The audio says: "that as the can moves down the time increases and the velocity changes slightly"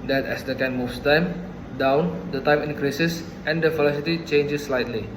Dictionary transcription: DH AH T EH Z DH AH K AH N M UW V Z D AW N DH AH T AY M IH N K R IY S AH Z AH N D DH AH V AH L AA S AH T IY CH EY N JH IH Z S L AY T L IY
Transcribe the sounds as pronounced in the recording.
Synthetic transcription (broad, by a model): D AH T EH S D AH K AH N M UW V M D AW N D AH T AY M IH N K R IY S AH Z AH N D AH F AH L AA S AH T IY CH EY N JH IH S L AY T L IY